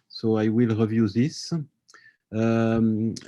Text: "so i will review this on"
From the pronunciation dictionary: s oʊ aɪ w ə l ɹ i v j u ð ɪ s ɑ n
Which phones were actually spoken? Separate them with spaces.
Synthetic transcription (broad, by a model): s oʊ aɪ w ə l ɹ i v j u ð ɪ s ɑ